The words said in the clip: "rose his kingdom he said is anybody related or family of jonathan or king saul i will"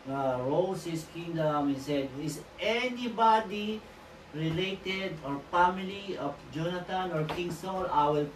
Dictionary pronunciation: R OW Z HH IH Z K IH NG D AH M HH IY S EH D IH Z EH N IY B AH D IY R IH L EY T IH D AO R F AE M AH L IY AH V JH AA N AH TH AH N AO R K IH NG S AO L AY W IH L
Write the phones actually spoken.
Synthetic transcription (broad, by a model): R OW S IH S K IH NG D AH M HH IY S EH D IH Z EH N IY B AH D IY R IH L EY T IH D AO R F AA M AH L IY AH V JH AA N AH T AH N AO R K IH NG S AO N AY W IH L